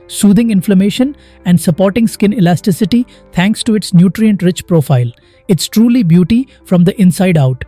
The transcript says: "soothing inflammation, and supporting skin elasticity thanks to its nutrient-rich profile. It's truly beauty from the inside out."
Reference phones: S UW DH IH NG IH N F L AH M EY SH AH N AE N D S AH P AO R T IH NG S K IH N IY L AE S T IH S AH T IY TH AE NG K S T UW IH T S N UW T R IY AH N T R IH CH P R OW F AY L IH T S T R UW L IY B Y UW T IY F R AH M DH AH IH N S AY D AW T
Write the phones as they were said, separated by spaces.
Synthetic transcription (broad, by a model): S UW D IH NG IH N F L AH M EY SH AH N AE N D S AH P AO R T IH NG S K IH N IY L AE S T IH S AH T IY T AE NG K S T UW IH T S N UW T R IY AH N T R IH CH P R OW F AY L IH T S T R UW L IY B Y UW T IY F R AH M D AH IH N S AY D AW T